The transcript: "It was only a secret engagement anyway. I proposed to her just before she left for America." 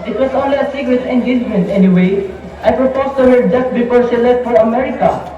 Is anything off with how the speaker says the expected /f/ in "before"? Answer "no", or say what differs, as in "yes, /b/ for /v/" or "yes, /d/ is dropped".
yes, /p/ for /f/